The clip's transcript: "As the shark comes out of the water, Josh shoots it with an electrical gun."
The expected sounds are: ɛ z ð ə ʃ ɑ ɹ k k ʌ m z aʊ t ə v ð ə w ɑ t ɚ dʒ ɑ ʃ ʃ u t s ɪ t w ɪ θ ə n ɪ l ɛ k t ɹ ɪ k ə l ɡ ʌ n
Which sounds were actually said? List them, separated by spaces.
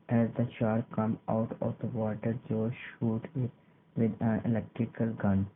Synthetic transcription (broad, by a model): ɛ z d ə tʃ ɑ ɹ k k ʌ m aʊ t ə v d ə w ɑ t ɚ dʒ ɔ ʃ ʃ u t ɪ t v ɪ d ə n ɪ l ɛ k t ɹ ɪ k ə l ɡ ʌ n